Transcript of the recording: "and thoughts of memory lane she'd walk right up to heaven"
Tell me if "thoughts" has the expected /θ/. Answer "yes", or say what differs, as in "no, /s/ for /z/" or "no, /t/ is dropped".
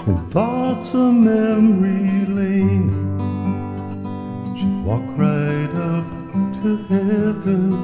yes